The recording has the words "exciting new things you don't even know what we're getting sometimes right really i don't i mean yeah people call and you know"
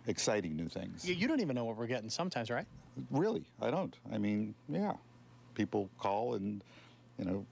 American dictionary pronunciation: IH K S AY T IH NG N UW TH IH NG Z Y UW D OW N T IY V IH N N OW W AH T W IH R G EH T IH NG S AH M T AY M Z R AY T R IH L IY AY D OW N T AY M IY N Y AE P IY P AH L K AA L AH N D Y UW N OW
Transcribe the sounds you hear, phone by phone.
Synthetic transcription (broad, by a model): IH K S AY T IH NG N UW TH IH NG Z Y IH D OW N T IY V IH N N OW W AH T W IH R G EH T IH NG S AH M T AY M Z R AY T R IH L IY AY D OW N T AY M IY N Y AE P IY P L K AA L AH N Y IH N OW